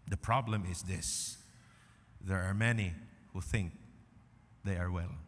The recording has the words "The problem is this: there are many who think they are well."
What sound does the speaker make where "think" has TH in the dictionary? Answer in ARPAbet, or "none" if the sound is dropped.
TH